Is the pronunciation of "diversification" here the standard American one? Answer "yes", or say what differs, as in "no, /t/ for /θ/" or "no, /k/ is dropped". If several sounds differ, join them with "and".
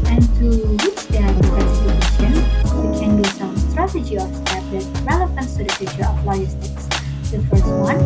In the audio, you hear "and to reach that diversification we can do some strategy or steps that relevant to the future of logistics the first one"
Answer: no, /k/ is dropped